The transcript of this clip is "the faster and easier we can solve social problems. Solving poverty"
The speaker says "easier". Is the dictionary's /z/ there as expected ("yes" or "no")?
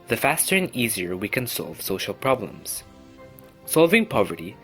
yes